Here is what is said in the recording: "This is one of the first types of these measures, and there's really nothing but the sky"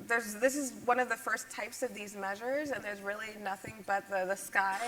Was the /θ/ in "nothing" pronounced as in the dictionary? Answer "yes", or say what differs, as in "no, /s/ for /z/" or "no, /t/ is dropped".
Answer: yes